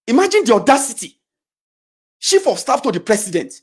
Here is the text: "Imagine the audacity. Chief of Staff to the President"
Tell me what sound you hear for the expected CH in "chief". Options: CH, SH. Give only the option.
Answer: SH